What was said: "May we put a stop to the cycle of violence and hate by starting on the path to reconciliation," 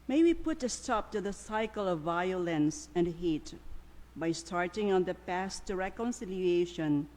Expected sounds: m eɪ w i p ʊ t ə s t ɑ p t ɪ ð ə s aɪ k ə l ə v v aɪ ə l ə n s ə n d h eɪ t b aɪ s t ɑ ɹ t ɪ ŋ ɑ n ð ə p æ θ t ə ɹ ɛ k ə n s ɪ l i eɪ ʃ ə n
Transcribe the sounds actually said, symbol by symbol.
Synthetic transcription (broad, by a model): m eɪ w i p ʊ t ə s t ɑ p t ɪ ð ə s aɪ k ə l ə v v aɪ ə l ə n s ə n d h eɪ t b aɪ s t ɑ ɹ t ɪ ŋ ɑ n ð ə p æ s t ɹ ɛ k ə n s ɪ l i eɪ ʃ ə n